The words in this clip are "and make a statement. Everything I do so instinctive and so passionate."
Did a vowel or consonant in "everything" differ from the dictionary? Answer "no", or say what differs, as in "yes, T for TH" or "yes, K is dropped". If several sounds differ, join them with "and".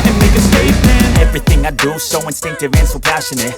no